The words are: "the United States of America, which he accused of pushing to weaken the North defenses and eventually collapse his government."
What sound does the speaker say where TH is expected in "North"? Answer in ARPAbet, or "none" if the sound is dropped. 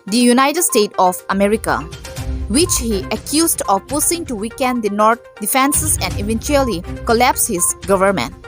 T